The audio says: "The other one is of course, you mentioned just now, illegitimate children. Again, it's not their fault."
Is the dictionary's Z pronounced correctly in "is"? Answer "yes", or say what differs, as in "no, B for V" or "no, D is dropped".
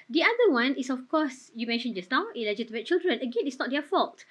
no, S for Z